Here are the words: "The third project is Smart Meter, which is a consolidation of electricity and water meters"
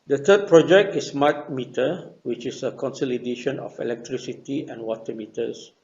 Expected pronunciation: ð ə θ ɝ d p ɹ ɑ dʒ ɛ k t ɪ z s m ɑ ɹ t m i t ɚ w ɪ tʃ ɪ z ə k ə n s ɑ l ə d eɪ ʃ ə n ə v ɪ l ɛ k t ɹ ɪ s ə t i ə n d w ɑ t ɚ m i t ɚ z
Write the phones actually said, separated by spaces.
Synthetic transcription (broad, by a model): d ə t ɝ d p ɹ ɑ dʒ ɛ k t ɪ s m ɑ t m i t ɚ w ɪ tʃ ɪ s ə k ə n s ɑ l ə d eɪ ʃ ə n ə f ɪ l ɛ k t ɹ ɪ s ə t i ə n w ɑ t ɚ m i t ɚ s